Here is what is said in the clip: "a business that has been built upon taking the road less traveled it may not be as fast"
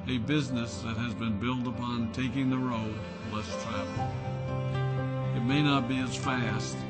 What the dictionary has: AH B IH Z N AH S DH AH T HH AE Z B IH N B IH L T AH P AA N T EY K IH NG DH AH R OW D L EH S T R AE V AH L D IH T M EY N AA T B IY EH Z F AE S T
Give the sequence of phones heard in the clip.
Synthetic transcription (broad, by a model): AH B IH Z N AH S DH AH T HH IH Z B IH N B IH L T AH P AA N T EY K IH NG DH AH R OW D L EH S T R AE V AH L IH T M EY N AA T B IY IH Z F AE S T